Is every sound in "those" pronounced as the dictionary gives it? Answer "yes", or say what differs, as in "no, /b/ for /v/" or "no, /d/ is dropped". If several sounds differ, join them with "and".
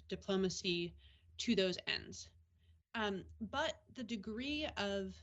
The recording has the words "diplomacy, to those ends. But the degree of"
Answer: yes